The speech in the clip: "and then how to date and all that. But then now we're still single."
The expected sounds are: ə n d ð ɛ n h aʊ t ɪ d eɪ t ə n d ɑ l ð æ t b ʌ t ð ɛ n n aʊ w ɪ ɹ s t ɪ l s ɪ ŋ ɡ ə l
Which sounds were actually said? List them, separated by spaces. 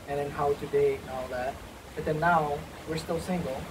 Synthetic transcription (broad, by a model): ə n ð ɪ n h aʊ t ɪ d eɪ ə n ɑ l ð æ t b ʌ t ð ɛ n n aʊ w ɪ ɹ s t ɪ l s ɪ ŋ ɡ l